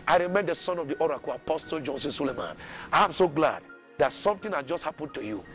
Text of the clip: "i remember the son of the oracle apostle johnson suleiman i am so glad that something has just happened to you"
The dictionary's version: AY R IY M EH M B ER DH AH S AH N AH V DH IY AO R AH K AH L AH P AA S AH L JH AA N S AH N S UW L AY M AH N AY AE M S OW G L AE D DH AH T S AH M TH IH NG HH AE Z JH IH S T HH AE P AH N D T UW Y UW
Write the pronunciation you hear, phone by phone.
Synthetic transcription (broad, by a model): AY R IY M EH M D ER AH S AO N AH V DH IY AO R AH K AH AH P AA S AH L JH AA N S AH N S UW L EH M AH N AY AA M S OW G L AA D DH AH T S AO M T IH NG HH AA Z JH IH S T HH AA P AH N T UW Y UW